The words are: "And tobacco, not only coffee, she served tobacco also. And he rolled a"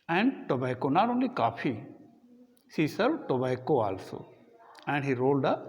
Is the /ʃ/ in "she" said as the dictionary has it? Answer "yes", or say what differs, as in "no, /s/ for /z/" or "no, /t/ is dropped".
no, /s/ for /ʃ/